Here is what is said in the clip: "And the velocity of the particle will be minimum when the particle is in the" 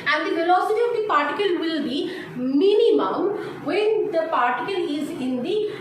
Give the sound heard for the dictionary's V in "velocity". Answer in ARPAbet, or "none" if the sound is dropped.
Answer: F